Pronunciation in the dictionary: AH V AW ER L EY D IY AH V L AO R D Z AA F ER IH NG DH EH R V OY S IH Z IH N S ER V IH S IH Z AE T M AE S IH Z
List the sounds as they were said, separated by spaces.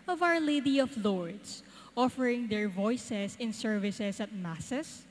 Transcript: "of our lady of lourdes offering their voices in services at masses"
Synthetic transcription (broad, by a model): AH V AW ER L EY D IY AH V L AO R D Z AA F ER IH NG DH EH R V OY S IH S IH N S ER V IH S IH S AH T M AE S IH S